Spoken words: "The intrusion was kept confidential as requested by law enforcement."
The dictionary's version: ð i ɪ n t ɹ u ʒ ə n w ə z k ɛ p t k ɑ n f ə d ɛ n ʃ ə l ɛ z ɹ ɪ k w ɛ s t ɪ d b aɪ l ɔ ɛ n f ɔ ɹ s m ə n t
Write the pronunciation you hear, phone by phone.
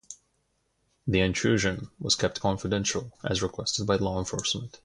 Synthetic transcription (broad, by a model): ð i ɪ n t ɹ u ʒ ə n w ə z k ɛ p t k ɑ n f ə d ɛ n ʃ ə l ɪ z ɹ ɪ k w ɛ s t ɪ d b aɪ l ɔ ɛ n f ɔ ɹ s m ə n t